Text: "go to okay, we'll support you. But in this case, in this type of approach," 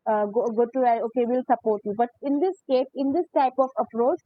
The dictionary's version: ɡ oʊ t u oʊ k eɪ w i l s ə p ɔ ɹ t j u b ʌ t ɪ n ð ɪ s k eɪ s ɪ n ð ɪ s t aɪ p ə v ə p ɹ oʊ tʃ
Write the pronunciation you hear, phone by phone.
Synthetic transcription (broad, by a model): ɡ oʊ t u oʊ k eɪ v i l s ə p ɔ ɹ t j u b ʌ t ɪ n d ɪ s k eɪ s ɪ n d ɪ s t aɪ p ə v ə p ɹ oʊ tʃ